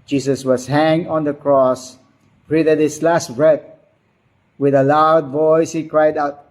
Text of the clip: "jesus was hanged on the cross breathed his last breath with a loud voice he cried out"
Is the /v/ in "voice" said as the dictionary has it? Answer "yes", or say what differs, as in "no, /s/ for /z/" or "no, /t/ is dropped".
yes